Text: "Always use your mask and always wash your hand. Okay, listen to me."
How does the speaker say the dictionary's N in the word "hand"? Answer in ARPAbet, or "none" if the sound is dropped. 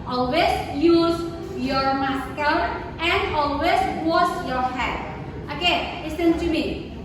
none